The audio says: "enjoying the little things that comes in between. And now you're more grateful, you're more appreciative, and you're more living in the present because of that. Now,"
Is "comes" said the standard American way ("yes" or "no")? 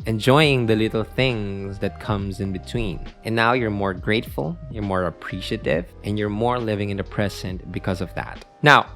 yes